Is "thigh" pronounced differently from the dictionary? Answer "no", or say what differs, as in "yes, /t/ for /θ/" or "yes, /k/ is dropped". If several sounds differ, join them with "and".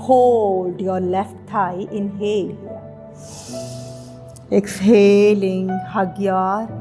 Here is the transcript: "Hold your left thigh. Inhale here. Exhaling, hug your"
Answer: yes, /t/ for /θ/